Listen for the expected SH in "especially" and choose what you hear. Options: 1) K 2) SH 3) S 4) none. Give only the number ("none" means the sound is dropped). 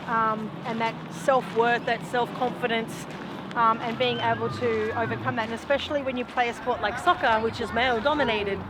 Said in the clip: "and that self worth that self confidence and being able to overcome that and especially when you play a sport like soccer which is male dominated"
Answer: 2